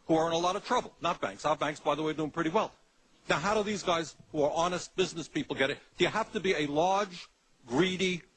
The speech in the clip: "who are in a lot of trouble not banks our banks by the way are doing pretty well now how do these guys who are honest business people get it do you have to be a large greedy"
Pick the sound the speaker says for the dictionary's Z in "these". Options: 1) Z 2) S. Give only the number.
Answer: 1